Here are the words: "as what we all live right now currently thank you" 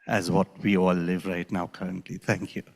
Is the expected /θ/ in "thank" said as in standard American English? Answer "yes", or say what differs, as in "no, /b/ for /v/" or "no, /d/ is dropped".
no, /t/ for /θ/